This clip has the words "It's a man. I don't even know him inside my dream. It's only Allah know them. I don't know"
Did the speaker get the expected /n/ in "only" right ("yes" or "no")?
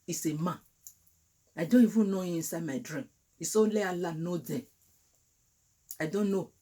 no